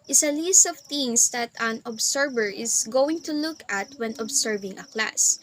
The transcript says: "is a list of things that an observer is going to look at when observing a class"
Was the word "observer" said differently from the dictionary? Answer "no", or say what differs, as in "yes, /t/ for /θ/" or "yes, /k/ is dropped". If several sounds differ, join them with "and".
yes, /s/ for /z/